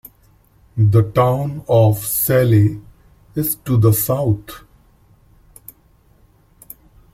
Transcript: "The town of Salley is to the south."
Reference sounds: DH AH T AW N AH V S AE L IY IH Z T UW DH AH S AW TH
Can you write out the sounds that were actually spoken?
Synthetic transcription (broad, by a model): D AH T AW N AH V S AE L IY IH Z T UW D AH S AW T